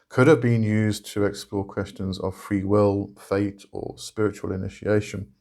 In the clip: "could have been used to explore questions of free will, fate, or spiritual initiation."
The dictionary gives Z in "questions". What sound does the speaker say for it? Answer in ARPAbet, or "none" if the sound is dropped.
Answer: Z